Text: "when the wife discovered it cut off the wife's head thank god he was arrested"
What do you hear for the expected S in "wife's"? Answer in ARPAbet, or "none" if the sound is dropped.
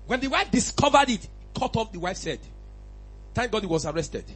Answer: S